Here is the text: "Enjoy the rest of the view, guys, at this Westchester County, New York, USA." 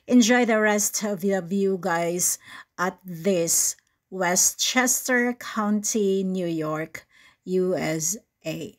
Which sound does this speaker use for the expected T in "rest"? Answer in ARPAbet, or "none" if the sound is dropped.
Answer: T